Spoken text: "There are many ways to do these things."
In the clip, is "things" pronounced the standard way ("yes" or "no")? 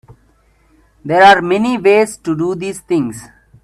no